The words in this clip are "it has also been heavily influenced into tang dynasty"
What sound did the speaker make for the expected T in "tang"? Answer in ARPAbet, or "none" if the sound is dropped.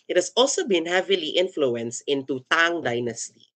T